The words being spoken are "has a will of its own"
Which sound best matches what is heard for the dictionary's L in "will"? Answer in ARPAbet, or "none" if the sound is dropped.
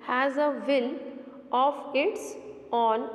N